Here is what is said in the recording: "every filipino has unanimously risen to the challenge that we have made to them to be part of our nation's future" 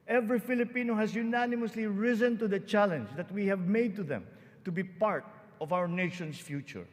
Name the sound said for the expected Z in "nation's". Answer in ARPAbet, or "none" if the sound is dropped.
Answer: S